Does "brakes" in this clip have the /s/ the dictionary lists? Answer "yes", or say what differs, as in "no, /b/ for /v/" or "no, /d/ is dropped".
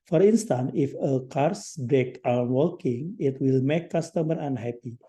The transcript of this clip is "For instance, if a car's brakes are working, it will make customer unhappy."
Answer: no, /s/ is dropped